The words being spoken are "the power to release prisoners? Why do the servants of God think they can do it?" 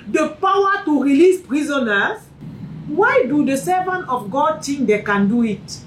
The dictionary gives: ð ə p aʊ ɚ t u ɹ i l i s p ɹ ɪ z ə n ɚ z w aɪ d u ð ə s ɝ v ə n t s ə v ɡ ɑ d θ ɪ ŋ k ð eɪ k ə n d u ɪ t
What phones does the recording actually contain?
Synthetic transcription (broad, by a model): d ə p aʊ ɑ t u ɹ i l i s p ɹ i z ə n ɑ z w aɪ d u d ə s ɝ v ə n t ə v ɡ ɑ d t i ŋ k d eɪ k ə n d u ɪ t